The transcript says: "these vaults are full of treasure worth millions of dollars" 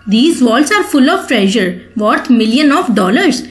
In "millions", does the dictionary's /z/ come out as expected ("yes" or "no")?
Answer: no